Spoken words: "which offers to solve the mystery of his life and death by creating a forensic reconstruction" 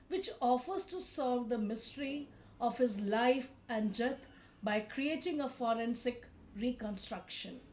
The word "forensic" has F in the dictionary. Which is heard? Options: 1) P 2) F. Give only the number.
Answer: 2